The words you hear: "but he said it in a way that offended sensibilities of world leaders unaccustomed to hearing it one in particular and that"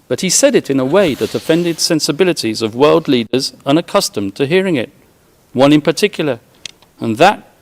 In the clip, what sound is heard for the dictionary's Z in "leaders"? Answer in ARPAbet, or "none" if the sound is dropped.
Z